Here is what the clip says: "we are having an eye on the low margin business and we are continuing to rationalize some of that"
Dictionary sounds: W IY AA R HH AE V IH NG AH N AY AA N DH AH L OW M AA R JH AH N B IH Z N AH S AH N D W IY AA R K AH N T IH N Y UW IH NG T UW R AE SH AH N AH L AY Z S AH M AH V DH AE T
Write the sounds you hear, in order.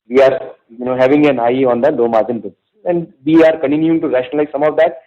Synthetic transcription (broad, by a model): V IY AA R HH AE V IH NG AH N AY AA N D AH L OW M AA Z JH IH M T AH AH N D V IY AA R K AH N T IH N Y UW IH NG T UW R AE SH AH N AH L AY Z S AH M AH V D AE T